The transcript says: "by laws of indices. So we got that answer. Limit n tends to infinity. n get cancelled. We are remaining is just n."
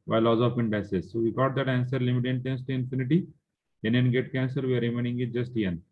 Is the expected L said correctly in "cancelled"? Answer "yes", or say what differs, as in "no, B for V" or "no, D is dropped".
no, L is dropped